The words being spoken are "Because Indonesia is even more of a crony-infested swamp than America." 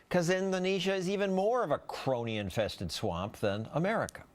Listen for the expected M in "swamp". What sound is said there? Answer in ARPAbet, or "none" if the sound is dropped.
M